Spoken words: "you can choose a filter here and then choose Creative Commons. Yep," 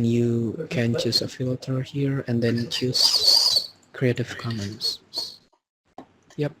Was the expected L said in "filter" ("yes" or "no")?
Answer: yes